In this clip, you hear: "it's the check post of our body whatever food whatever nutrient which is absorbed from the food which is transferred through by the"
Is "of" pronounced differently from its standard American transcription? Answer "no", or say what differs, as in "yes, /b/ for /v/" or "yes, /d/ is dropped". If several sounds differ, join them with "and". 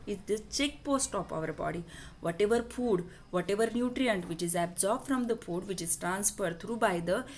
yes, /p/ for /v/